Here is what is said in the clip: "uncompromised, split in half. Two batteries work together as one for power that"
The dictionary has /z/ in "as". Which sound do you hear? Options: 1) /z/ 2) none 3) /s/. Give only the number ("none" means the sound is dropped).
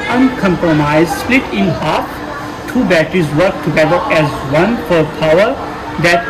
1